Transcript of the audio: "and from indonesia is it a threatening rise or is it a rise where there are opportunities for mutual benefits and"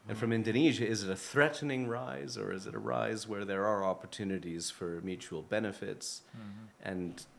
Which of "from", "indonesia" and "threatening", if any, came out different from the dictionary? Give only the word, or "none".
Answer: none